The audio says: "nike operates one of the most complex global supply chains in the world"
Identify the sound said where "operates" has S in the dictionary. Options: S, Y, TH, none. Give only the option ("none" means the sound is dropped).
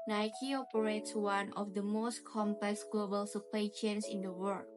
S